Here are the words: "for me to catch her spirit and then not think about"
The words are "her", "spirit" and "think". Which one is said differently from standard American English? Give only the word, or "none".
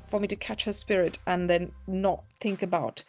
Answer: none